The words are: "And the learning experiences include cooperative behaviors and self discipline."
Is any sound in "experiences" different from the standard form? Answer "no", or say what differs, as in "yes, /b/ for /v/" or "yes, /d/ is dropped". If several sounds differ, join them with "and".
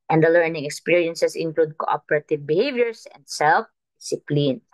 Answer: yes, /s/ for /z/